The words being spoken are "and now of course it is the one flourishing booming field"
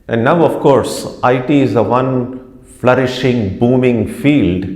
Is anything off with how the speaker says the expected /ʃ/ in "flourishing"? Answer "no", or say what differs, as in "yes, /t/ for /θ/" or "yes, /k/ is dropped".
no